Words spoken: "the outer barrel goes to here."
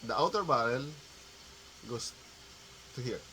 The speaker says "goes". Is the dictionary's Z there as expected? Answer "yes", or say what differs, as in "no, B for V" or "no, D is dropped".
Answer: no, S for Z